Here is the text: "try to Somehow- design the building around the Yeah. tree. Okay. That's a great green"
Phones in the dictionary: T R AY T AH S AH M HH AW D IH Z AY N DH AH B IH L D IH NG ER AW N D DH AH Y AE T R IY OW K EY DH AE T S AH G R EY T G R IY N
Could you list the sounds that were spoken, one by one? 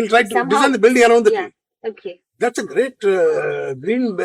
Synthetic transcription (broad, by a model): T R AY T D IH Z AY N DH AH B IH L D IH NG ER AW N D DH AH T IY OW K EY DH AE T S AH G R EY T G R IY N